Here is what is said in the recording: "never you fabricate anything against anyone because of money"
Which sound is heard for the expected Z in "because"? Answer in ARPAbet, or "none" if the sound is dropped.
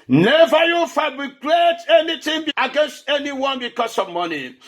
S